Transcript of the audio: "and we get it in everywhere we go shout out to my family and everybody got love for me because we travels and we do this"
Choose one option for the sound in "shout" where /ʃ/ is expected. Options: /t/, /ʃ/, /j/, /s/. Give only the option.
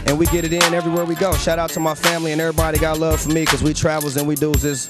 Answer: /ʃ/